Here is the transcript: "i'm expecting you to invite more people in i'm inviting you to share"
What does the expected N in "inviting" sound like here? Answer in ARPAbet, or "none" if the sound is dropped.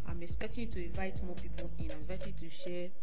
none